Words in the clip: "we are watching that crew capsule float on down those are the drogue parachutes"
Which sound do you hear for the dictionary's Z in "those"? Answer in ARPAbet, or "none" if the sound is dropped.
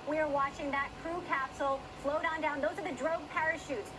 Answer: Z